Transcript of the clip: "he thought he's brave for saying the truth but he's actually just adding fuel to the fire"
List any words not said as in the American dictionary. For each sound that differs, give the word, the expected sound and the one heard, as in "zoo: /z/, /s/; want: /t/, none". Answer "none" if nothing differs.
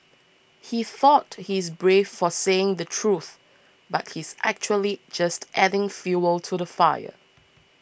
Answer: none